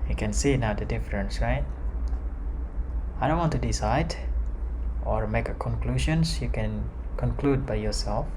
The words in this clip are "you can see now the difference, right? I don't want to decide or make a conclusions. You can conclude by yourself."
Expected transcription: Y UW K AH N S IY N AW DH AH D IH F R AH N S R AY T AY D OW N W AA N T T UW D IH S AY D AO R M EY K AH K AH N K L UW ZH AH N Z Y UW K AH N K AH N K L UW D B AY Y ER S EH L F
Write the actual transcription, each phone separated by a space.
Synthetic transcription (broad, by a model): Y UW K AH N S IY N AW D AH D IH F R AH N S R AY T AY D OW N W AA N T T UW D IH S AY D AO R M EY K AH K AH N K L UW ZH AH N S Y UW K AH N K AH N K L UW D B AY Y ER S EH L F